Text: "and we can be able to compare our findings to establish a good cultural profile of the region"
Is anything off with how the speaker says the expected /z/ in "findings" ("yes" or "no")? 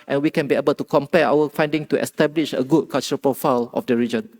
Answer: yes